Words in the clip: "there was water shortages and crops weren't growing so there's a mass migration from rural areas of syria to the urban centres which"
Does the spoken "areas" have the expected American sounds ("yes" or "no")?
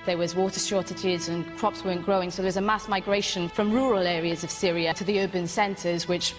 yes